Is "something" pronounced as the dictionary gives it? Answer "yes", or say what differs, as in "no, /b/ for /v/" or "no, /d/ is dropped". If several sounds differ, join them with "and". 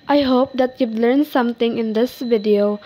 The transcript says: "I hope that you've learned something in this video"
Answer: no, /t/ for /θ/